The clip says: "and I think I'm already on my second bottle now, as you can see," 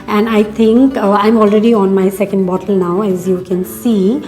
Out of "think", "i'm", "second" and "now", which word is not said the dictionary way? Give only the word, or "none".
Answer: think